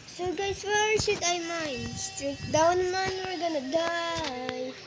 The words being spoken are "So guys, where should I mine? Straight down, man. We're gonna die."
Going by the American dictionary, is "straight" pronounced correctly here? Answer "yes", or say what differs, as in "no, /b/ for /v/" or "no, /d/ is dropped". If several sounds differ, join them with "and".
no, /ɹ/ is dropped